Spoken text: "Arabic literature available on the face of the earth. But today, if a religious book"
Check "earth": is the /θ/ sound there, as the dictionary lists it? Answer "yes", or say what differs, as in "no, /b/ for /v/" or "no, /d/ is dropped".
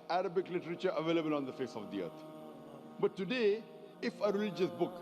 no, /t/ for /θ/